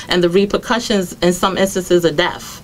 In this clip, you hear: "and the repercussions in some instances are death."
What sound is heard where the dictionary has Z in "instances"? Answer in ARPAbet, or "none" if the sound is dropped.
Z